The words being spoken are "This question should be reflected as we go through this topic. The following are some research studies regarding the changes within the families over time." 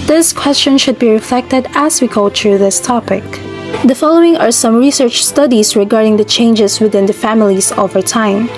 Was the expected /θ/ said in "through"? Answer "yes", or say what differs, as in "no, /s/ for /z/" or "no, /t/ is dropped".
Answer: no, /t/ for /θ/